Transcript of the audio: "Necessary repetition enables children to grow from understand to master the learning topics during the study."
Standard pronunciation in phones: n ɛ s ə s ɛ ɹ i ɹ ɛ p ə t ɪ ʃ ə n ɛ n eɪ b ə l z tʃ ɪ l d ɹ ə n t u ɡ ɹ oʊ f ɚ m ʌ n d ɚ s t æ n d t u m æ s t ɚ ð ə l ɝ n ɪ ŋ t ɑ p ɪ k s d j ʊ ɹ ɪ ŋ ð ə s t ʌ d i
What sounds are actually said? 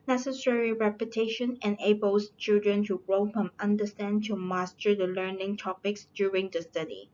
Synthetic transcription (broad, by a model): n ɛ s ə s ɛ ɹ i ɹ ɛ p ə t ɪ ʃ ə n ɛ n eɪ b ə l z tʃ ɪ l d ɹ ə n t u ɡ ɹ oʊ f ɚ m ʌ n d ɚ s t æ n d t u m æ s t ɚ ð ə l ɝ n ɪ ŋ t ɑ p ɪ k s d j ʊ ɹ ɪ ŋ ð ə s t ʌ d i